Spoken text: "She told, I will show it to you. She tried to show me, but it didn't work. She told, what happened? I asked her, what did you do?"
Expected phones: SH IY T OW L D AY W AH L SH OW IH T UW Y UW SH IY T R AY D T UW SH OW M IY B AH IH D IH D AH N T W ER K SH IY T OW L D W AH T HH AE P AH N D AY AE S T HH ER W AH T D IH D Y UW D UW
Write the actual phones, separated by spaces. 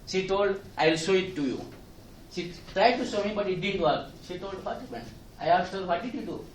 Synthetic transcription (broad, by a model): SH IY T OW L D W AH L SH OW IH T UW Y UW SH IY T R AY D T UW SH OW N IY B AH IH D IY D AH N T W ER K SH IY T OW L D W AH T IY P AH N AY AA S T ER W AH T D IH D Y UW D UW